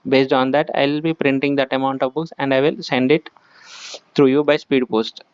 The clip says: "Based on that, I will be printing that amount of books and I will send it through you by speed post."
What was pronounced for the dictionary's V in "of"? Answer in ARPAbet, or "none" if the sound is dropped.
V